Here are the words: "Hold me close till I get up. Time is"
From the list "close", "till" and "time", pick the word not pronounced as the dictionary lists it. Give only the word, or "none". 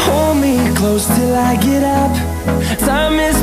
time